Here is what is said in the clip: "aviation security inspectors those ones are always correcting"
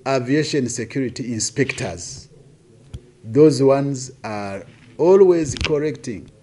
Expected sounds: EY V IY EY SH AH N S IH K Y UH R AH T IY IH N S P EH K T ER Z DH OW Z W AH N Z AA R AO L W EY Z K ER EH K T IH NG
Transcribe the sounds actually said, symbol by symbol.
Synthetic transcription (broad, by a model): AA V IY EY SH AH N S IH K Y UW R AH T IY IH N S P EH K T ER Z DH OW Z W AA N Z AA R AO L W EY Z K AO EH K T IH NG